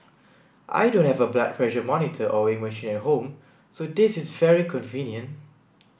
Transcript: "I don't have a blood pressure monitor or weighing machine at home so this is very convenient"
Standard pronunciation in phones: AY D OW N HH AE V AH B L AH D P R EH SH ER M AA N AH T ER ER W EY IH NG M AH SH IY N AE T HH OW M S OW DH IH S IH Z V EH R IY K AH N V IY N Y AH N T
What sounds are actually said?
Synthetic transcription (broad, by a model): AY D OW N HH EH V AH B L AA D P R EH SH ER M AA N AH T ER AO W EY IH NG M AH SH IY N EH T HH OW M S OW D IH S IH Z V EH R IY K AH N V IY N Y AH N T